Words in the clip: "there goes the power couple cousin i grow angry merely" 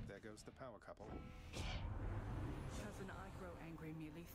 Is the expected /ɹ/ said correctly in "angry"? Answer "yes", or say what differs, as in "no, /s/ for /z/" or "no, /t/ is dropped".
yes